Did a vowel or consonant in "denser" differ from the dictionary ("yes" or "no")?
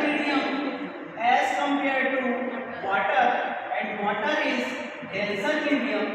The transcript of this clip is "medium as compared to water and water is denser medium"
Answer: yes